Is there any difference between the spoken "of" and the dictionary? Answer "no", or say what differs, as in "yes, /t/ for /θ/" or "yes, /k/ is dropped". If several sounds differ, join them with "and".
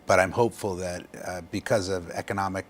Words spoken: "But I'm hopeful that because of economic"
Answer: no